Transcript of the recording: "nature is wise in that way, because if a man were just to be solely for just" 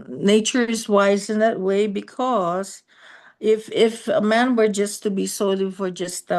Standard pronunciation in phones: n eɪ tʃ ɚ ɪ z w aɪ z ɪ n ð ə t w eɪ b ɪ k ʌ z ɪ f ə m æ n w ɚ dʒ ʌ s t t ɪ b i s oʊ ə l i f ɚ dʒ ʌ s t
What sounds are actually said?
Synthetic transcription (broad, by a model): n eɪ tʃ ɚ ɪ z w aɪ z ɪ n ð ə t w eɪ b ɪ k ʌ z ɪ f ə m æ n w ɚ dʒ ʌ s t t ɪ b i s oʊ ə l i f ɚ dʒ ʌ s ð